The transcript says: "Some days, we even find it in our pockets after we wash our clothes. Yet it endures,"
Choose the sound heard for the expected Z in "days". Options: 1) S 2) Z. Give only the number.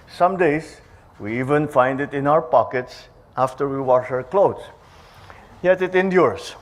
1